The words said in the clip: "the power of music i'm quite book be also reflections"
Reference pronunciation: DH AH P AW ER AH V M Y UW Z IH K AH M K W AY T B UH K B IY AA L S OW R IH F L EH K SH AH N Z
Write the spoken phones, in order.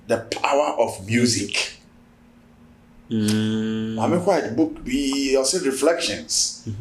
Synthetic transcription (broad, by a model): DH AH P AW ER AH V M Y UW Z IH K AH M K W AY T B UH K B IY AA S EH R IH F L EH K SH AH N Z